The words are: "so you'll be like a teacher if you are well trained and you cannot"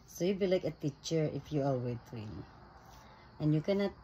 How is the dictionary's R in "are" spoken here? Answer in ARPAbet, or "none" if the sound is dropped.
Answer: L